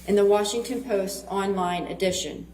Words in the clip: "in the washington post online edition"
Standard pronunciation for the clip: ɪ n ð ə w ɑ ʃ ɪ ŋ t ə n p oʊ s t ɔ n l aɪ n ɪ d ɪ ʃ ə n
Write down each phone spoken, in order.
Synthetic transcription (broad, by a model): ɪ n ð ə w ɑ ʃ ɪ ŋ t ə n p oʊ s t ɔ n l aɪ n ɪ d ɪ ʃ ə n